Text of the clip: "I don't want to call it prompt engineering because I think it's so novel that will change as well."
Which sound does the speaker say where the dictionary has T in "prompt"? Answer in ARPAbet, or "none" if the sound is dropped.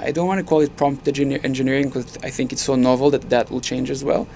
T